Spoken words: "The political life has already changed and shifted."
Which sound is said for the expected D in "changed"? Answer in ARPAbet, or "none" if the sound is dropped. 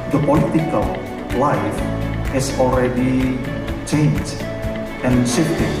none